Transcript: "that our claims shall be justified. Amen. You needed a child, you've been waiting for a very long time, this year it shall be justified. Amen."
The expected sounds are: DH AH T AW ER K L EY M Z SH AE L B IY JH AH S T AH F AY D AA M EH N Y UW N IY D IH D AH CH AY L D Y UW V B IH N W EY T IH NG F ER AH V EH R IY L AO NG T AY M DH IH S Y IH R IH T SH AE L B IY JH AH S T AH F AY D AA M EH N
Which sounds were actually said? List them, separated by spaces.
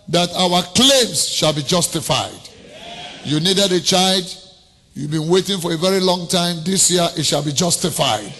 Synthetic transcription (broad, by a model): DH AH T AW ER K L EY M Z SH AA L B IY JH AH S T AH F AY D Y UW N IY D IH D AH CH AY L D Y UW V B IH N W EY T IH NG F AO AH V EH R IY L AO NG T AY M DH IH S Y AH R IH T SH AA L B IY JH AH S T AH F AY D